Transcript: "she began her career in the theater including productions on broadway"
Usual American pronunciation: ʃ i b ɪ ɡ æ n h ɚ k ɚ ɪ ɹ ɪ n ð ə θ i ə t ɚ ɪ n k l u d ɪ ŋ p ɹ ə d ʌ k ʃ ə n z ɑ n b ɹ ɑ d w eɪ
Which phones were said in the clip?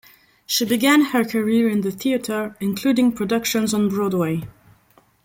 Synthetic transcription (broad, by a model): ʃ i b ɪ ɡ æ n h ɚ k ɚ ɪ ɹ ɪ n ð ə θ i ə t ɚ ɪ n k l u d ɪ ŋ p ɹ ə d ʌ k ʃ ə n z n b ɹ ɑ d w eɪ